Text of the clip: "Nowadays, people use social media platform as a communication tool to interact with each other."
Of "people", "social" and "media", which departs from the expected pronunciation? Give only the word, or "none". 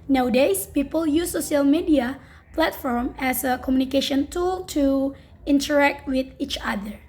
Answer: social